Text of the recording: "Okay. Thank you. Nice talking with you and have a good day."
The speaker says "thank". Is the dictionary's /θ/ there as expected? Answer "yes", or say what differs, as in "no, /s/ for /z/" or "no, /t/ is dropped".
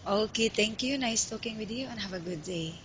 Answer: no, /t/ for /θ/